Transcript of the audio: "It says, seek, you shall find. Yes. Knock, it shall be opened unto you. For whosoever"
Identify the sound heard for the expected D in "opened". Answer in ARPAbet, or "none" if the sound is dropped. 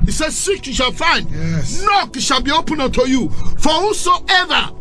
none